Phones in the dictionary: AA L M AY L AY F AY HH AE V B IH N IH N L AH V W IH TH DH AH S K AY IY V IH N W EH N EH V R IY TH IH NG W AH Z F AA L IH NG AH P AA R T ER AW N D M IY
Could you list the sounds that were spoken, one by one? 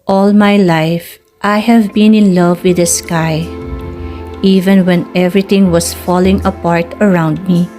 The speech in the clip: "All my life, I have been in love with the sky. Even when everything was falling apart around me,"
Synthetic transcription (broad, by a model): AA L M AY L AY F AY HH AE V B IH N IH N L AH V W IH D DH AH S K AY IY V IH N W EH N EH V R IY T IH NG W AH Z F AA L IH NG AH P AA R T ER AW N D M IY